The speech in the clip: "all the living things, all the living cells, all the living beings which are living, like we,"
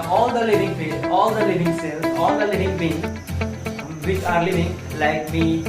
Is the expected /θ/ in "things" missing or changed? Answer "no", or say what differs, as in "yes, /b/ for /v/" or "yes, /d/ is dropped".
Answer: yes, /f/ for /θ/